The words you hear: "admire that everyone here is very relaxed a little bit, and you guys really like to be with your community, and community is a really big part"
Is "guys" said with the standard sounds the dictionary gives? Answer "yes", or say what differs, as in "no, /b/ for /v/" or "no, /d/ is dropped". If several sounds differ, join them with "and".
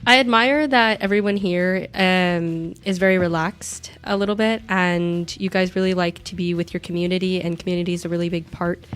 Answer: yes